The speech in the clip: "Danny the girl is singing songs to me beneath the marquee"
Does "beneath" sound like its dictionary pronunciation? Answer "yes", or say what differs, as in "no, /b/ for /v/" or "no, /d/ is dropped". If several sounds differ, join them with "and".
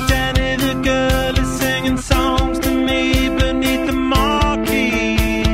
yes